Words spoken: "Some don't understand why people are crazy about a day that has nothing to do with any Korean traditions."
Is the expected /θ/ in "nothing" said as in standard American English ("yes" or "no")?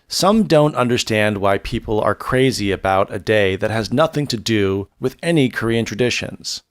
yes